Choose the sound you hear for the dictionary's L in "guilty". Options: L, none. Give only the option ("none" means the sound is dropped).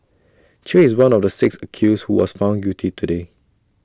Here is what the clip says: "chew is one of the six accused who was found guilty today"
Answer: none